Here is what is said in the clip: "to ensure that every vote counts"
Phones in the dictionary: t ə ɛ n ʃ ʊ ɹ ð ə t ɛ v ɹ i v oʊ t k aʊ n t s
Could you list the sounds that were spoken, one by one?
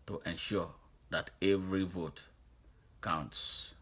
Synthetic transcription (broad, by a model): t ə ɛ n ʃ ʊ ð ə t ɛ v ɹ i v oʊ t k aʊ n t s